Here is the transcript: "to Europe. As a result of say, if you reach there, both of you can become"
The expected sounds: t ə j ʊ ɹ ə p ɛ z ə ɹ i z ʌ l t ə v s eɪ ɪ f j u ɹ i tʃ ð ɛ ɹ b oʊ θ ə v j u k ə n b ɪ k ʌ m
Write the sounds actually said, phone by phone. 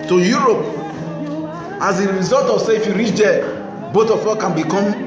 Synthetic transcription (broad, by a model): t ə j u ɹ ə p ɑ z ə ɹ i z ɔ l t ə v s eɪ ɪ f j u ɹ i tʃ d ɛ b oʊ t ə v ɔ k ə n b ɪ k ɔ m